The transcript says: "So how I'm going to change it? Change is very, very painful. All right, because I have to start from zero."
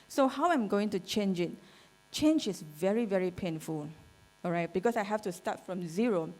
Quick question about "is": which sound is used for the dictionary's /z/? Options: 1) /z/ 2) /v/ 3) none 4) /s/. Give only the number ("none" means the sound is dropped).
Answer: 4